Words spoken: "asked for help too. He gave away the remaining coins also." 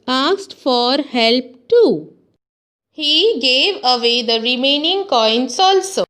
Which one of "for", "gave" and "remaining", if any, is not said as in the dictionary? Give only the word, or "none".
none